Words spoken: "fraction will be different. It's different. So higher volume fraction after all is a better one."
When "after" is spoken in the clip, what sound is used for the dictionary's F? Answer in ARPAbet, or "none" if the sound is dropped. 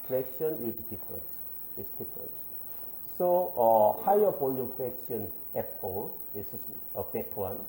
none